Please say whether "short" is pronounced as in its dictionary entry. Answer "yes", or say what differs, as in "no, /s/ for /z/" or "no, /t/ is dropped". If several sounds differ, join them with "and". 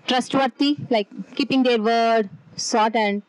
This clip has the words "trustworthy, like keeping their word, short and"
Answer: no, /s/ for /ʃ/